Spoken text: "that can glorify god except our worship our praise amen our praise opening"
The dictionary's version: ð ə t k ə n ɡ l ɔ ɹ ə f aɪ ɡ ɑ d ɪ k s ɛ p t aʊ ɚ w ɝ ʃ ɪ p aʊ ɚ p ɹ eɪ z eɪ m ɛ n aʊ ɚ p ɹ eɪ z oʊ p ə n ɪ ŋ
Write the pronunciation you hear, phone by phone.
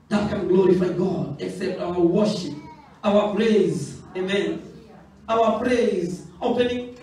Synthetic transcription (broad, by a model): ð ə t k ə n ɡ l ɔ ɹ ə f aɪ ɡ ɑ d ɪ k s ɛ p t aʊ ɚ w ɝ ʃ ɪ p aʊ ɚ p ɹ eɪ z eɪ m ɛ n aʊ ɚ p ɹ eɪ z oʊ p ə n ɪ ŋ